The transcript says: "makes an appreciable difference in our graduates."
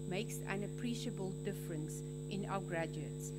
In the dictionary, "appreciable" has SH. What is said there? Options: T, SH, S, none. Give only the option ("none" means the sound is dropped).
SH